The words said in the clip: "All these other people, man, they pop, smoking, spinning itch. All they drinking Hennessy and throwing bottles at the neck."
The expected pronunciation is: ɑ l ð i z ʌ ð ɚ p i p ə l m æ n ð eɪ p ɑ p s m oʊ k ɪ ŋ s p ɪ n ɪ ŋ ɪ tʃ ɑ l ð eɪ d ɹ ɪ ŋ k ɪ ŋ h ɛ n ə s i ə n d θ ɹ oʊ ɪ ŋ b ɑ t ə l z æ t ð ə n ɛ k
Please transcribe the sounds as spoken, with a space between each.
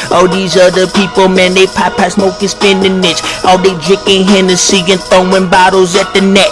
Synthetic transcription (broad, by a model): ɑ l ð i z ʌ ð ɚ p i p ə l m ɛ n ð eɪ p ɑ p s m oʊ k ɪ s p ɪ n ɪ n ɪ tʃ ɑ l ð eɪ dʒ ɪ k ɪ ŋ h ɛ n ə s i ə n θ oʊ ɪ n b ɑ t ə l z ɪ t ð ə n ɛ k